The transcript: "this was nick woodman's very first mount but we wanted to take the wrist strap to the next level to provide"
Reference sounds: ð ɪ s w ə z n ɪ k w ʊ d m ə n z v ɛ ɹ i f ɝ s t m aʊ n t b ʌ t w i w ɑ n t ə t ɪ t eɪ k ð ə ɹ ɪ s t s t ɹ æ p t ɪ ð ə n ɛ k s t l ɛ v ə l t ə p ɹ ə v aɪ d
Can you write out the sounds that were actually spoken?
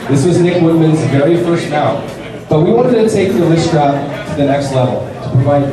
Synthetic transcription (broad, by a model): ð ɪ s w ə z n ɪ k w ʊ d m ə n z v ɛ ɹ i f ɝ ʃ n aʊ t b ʌ t w i w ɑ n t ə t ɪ t eɪ k ð ə l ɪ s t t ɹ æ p t ɪ ð ə n ɛ k s t l ɛ v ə l t ə p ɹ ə v aɪ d